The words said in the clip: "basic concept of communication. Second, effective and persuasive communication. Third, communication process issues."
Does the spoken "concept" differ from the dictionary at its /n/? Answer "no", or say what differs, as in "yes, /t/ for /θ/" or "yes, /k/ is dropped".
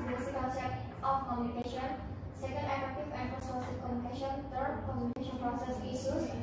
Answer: yes, /n/ is dropped